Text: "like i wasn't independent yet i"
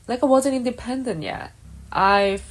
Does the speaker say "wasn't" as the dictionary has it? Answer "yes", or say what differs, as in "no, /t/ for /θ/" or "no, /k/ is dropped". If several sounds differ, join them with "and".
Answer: yes